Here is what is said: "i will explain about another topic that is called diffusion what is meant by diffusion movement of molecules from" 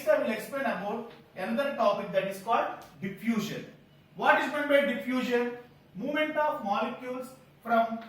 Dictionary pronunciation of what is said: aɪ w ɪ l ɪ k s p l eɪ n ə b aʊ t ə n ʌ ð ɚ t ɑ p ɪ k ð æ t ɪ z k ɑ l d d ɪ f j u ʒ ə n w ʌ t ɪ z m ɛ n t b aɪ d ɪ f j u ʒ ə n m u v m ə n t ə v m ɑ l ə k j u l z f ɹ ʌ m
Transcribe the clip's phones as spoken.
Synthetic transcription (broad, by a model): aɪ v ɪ l ɪ k s p l eɪ n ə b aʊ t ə n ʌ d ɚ t ɑ p ɪ k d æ t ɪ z k ɑ l d d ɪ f j u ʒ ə n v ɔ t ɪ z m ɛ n b aɪ d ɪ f j u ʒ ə n m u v m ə n t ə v m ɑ l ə k j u l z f ɹ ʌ m